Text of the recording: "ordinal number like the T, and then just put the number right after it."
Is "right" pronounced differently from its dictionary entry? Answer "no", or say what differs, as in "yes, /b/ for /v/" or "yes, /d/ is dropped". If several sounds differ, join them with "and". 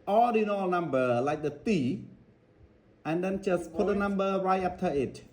yes, /t/ is dropped